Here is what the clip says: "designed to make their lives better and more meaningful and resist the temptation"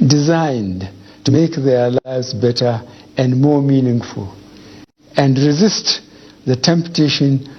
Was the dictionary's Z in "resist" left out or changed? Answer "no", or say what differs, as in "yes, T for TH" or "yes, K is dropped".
no